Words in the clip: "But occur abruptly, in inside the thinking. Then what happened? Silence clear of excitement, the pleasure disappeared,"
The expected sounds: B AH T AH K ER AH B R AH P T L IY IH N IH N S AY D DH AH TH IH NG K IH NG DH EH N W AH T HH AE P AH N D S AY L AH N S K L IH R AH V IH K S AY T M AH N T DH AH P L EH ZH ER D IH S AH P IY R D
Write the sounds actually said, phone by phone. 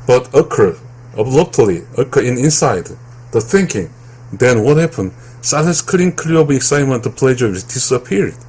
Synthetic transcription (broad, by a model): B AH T AH K ER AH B L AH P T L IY IH N IH N S AY D DH AH TH IH NG K IH NG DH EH N W AH T HH AE P AH N D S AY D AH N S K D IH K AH B IH K S AY T M AH N T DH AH P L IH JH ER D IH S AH P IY R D